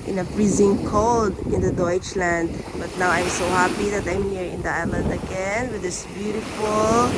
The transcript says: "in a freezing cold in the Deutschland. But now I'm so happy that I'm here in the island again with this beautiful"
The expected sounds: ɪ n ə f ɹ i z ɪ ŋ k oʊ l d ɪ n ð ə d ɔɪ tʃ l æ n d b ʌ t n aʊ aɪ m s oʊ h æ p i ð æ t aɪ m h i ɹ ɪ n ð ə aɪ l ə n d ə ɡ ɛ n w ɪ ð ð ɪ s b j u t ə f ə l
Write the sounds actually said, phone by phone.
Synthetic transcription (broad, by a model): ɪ n ə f ɹ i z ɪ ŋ k oʊ l d ɪ n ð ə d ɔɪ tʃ l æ n d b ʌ t n aʊ aɪ m s oʊ h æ p i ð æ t aɪ m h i ɹ ɪ n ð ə aɪ l ə n d ə ɡ ɛ n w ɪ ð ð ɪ s b j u t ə f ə l